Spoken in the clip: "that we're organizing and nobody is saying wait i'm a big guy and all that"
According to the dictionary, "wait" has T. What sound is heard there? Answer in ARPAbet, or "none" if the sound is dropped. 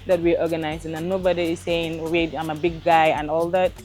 none